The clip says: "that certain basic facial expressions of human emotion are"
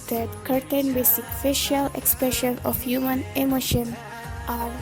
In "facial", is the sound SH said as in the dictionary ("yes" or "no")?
yes